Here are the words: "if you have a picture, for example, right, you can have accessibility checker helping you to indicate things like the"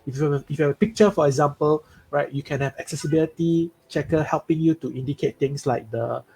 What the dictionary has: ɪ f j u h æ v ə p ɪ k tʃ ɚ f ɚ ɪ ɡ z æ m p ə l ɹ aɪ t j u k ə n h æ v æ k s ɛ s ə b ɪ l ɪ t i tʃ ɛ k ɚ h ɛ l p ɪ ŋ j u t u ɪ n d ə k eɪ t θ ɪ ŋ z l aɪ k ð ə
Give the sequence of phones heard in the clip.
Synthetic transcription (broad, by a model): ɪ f j u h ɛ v ə p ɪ k tʃ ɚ f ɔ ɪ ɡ z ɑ m p ə l ɹ aɪ t j u k ə n h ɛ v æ k s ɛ s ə b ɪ l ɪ t i tʃ ɛ k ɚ h ɛ l p ɪ ŋ j u t u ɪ n d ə k eɪ t t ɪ ŋ s l aɪ k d ə